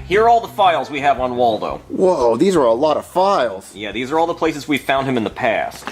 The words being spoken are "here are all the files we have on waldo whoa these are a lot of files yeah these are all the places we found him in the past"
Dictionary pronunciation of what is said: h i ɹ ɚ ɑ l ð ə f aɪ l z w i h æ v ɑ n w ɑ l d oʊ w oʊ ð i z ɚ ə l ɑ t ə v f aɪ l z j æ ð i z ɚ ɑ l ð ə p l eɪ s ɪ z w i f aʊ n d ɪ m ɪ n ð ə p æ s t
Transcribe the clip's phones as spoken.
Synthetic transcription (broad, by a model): h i ɹ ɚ ɑ l ð ə f aɪ l z w i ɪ v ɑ n w ɑ l d oʊ w oʊ ð i z ɚ ə l ɑ t ə v f aɪ l z j æ ð i z ɚ ɑ l ð ə p l eɪ s ɪ z w i f aʊ n d ɪ m ɪ n ð ə p æ s t